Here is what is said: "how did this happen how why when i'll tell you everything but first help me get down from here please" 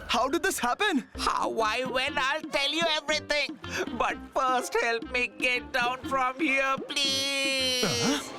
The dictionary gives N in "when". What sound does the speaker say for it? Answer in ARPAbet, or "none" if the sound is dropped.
L